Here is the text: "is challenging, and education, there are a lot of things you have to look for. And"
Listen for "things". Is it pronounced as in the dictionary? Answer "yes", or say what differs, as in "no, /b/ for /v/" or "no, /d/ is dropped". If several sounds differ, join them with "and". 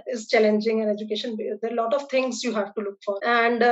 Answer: no, /t/ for /θ/